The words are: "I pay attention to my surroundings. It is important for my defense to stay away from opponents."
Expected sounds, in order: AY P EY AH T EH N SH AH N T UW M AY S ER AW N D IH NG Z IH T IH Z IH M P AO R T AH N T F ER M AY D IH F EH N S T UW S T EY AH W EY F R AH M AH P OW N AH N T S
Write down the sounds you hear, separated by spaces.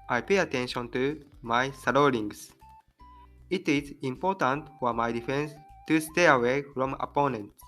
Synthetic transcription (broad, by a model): AY P EY AH T EH N SH AH N T UW M AY S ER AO D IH NG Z IH T IH Z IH M P AO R T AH N T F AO M AY D IH F EH N S T UW S T EY AH W EY F R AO M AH P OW N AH N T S